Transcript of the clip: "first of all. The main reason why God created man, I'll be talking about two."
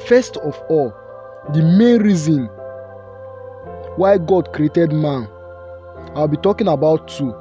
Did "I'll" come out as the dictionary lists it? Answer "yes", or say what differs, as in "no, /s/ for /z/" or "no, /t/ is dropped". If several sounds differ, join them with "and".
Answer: no, /w/ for /l/